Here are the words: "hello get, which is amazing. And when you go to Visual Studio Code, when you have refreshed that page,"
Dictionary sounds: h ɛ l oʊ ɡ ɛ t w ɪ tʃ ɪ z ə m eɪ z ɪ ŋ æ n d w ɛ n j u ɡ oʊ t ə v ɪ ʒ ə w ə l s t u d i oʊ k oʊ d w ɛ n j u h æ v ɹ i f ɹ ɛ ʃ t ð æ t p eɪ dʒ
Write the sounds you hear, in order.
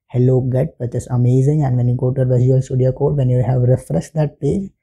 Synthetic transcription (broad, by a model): h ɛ l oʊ ɡ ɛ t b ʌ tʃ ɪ s ə m eɪ z ɪ ŋ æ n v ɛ n j u ɡ oʊ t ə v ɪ z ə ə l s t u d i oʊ k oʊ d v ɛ n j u h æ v ɹ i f ɹ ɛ s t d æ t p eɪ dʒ